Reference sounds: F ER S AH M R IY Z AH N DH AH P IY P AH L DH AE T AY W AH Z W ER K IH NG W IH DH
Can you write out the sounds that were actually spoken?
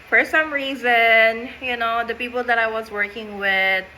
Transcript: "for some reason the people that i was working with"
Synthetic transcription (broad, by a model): F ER S AH M R IY Z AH N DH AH P IY P L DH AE T AY W AH Z W ER K IH NG W IH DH